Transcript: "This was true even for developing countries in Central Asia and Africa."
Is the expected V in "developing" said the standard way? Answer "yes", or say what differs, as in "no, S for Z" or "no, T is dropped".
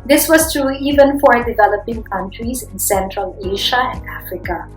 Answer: yes